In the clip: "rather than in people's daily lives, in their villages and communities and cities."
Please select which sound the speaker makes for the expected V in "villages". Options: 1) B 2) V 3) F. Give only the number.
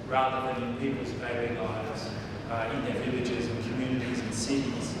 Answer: 2